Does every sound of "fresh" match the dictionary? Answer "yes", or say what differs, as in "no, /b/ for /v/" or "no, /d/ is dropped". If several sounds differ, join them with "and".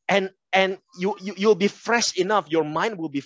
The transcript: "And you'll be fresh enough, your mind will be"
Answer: yes